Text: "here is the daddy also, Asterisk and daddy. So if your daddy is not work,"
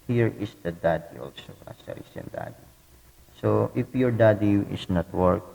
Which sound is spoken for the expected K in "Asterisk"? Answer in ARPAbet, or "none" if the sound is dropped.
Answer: none